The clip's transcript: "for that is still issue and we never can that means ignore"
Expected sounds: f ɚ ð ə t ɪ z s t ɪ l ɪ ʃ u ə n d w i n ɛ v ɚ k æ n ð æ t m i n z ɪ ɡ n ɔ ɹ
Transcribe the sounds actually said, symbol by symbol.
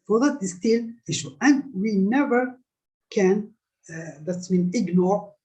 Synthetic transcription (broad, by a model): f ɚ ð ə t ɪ s t ɪ l ɪ ʃ u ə n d w i n ɛ v ɚ k æ n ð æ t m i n ɪ ɡ n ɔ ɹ